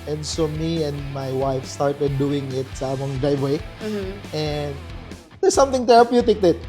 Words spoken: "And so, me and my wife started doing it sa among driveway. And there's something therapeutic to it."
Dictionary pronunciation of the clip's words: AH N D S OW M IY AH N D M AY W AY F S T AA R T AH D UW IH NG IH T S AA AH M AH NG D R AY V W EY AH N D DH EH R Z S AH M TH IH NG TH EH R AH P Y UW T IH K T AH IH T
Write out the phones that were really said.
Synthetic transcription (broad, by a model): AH N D S OW M IY AH N D M AY W AY F S T AA R T AH D UW IH NG IH T S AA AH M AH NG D R AY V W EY AH N D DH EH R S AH M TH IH NG T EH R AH P Y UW T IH K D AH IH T